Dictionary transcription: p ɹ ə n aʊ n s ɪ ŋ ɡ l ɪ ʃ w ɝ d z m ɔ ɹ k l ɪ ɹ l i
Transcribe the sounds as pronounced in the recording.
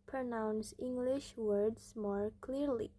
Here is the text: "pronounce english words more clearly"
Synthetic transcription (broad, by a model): p ɹ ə n aʊ n s ɪ ŋ ɡ l ɪ ʃ w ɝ d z m ɔ ɹ k l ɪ ɹ l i